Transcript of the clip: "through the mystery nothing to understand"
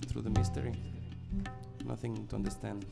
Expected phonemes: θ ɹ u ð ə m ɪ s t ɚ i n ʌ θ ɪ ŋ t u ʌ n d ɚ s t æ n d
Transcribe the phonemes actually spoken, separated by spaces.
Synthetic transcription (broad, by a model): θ ɹ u ð ə m ɪ s t ɚ i n ʌ θ ɪ ŋ t u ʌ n d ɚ s t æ n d